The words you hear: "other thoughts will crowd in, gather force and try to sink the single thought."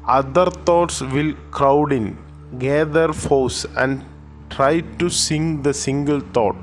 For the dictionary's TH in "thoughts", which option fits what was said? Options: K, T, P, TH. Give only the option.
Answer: T